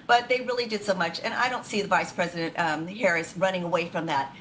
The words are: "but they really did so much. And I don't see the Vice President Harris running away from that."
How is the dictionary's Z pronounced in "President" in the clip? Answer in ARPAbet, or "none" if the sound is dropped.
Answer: Z